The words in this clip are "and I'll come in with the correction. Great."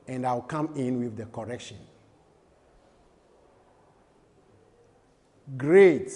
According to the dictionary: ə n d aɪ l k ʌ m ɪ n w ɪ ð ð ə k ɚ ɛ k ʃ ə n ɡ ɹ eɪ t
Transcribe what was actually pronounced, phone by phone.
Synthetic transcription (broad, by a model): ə n d aɪ w k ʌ m ɪ n w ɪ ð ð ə k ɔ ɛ k ʃ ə n ɡ ɹ eɪ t